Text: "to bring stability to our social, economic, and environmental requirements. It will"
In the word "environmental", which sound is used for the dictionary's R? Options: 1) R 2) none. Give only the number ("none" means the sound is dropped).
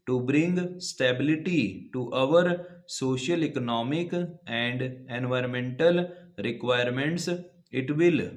1